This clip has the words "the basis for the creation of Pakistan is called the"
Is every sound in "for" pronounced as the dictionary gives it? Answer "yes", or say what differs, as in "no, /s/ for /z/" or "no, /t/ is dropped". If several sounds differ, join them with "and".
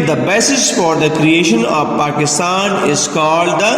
yes